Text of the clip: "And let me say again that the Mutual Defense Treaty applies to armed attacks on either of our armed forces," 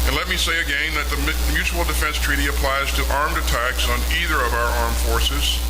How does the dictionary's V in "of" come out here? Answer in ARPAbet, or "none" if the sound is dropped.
V